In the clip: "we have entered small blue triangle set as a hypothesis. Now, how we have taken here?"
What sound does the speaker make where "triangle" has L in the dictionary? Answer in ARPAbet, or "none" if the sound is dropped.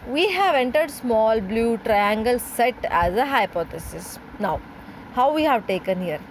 L